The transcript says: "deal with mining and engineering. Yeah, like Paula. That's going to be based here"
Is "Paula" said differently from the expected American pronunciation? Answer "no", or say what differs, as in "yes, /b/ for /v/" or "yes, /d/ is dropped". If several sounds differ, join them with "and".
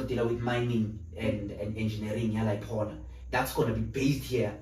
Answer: yes, /n/ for /l/